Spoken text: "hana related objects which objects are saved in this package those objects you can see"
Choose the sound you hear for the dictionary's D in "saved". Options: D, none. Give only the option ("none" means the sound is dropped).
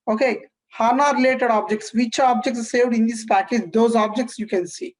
D